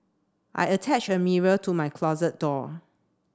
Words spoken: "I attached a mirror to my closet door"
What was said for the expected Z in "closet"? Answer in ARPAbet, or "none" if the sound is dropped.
Z